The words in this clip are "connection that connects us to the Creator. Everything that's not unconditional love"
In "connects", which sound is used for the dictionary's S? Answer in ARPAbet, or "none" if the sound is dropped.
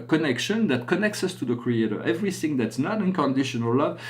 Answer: S